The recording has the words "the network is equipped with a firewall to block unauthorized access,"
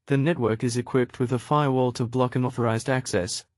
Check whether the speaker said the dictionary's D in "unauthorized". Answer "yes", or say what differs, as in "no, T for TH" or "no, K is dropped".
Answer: yes